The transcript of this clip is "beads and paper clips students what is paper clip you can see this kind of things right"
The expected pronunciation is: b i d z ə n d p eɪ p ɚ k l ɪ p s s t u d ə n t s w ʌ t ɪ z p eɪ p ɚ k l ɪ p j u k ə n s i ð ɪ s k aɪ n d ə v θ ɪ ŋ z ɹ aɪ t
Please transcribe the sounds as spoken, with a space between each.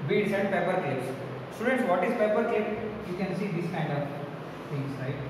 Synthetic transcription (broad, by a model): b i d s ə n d p eɪ p ɚ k ɛ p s s t u d ə n t s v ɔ t ɪ z p eɪ p ɚ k ɛ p j u k ə n s i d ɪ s k aɪ n d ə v t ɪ ŋ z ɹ aɪ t